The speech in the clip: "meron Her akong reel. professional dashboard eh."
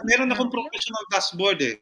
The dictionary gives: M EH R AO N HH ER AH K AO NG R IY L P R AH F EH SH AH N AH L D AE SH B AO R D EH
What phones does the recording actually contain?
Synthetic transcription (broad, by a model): M EH R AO N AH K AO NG P R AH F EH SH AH N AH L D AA S B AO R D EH